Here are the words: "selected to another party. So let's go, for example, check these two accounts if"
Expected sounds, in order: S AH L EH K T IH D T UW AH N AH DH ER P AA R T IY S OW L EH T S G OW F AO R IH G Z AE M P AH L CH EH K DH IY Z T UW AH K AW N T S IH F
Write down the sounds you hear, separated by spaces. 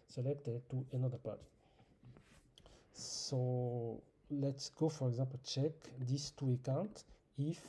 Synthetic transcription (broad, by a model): S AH L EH K T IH D T UW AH N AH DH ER P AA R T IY S OW L EH T S G OW F AO R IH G Z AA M P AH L CH EH K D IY S T UW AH K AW N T IH F